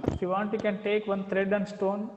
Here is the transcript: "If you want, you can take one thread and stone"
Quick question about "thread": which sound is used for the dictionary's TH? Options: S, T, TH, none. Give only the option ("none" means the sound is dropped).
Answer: T